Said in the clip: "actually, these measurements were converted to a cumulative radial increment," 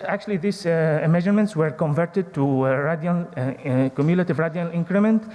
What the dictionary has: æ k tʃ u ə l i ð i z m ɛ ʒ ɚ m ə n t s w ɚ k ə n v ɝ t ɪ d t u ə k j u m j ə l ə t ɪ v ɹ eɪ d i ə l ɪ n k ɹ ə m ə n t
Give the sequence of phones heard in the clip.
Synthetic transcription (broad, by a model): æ k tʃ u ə l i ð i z m ɛ ʒ ɚ m ə n t s w ɚ k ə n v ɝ t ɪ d t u ə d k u m j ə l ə t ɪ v ɹ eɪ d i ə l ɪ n k ɹ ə m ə n t